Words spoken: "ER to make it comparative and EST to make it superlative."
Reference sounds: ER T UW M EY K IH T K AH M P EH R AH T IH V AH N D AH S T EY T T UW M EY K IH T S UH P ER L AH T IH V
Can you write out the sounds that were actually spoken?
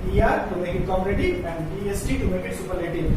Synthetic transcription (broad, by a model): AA T UW M EY K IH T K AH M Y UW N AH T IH AH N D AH S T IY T T UW M EY K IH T S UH P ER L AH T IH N